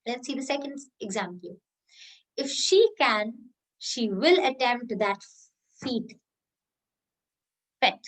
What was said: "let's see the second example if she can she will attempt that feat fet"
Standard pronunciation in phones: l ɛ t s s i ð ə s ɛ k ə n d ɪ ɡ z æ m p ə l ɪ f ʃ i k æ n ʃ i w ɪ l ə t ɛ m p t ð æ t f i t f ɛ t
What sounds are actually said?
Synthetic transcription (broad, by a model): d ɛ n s s i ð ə s ɛ k ə n d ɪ ɡ z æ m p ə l ɪ f ʃ i k æ n ʃ i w ɪ l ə t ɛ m t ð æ t f i t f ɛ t